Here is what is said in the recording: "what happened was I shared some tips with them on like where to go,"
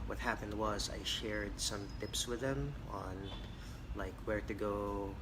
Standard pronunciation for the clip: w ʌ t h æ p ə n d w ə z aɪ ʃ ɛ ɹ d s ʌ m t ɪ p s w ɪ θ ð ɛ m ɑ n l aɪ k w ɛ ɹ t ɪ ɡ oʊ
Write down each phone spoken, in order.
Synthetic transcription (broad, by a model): w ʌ t h æ p ə n d w ə z aɪ ʃ ɛ ɹ d s ʌ m t ɪ p s w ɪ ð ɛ m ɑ n l aɪ k w ɛ ɹ t ɪ ɡ oʊ